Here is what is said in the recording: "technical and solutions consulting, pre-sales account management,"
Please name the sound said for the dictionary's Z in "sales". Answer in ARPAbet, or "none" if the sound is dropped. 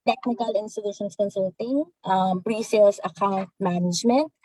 S